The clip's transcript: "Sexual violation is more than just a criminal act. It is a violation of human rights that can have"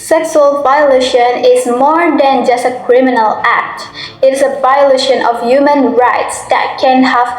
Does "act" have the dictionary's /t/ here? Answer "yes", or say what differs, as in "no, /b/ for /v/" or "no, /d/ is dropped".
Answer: yes